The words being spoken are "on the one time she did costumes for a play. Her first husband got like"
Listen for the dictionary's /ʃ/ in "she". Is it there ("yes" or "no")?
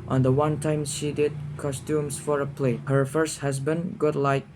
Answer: yes